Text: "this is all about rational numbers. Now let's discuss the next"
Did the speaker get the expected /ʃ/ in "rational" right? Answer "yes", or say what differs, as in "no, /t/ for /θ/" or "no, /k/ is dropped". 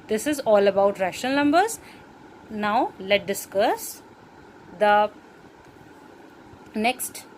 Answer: yes